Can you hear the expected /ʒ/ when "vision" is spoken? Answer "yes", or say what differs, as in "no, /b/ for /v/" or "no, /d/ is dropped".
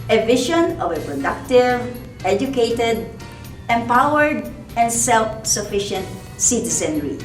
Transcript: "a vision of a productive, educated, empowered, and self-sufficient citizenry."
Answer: no, /ʃ/ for /ʒ/